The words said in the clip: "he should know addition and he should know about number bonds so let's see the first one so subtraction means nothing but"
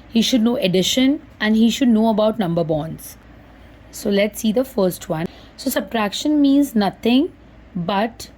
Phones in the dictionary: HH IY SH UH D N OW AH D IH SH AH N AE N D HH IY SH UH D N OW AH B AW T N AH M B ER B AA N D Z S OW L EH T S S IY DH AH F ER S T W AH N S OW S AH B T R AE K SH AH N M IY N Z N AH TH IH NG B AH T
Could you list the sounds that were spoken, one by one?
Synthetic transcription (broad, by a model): HH IY SH UH D N OW AH D IH SH AH N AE N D HH IY SH UH D N OW AH B AW T N AH M B ER B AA N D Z S OW L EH T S S IY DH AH F ER S T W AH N S OW S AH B T R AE K SH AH N M IY N Z N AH T IH NG B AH T